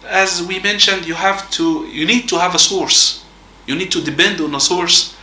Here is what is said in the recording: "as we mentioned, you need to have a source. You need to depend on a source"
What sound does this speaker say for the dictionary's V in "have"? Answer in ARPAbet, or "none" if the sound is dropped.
V